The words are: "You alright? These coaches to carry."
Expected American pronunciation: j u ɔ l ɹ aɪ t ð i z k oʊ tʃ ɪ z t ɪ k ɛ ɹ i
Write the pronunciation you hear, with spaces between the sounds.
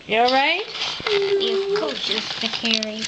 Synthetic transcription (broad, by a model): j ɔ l ɹ aɪ t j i k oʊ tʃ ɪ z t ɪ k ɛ ɹ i